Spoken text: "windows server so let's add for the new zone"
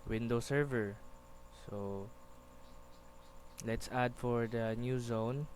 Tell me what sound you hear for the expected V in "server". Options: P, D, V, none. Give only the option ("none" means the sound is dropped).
V